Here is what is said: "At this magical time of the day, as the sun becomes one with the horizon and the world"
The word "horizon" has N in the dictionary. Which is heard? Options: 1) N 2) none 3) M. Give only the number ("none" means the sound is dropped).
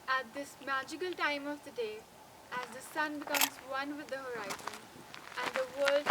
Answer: 1